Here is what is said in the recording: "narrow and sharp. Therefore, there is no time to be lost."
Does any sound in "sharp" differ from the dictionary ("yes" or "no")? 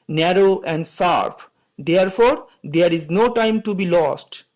yes